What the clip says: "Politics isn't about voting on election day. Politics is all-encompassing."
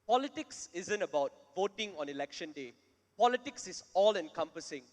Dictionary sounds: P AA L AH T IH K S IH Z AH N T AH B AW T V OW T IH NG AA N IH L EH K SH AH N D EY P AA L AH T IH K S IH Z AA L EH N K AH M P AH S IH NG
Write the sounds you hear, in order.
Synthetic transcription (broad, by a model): P AA L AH T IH K S IH Z AH N T AH B AW T V OW T IH NG AA N IH L EH K SH AH N D EY P AA L AH T IH K S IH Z AA L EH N K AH M P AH S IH NG